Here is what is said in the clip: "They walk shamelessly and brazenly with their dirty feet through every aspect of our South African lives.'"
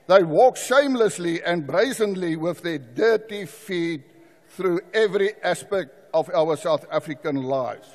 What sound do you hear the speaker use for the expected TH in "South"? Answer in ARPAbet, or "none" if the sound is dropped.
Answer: TH